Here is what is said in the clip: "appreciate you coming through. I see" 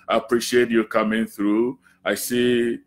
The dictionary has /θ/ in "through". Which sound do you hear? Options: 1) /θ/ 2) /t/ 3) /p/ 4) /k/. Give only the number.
1